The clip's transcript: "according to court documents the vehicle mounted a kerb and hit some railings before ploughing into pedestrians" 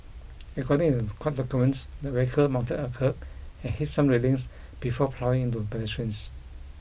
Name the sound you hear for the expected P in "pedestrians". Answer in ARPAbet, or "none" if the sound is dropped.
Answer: B